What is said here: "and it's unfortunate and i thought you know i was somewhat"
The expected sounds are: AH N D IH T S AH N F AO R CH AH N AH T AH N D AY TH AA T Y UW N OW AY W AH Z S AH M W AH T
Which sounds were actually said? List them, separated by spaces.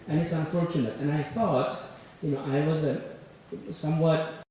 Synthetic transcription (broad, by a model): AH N IH T S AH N F AO R CH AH N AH T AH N AY TH AA T Y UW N OW AY W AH Z S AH M W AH T